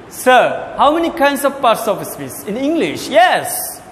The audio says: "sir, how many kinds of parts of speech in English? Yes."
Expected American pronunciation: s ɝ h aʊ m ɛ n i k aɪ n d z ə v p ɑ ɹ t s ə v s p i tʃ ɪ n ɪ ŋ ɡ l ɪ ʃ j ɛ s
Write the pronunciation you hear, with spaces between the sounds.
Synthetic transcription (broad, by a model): s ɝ h aʊ m ɛ n i k aɪ n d s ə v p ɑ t s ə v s f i s ɪ n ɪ ŋ ɡ l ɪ ʃ j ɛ s